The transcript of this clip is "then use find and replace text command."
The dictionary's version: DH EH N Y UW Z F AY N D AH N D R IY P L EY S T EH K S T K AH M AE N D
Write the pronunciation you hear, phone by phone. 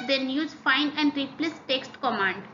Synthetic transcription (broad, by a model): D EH N Y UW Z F AY N AH N D R IY P L EY S T EH K S T K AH M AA N D